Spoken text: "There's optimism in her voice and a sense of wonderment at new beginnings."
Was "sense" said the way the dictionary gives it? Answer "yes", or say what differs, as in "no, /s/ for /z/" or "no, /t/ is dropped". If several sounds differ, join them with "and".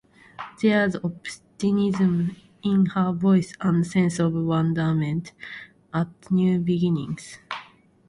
yes